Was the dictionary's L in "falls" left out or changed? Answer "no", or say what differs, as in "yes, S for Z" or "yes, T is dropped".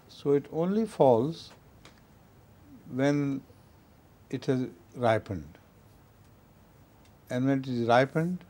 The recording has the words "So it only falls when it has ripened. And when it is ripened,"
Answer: no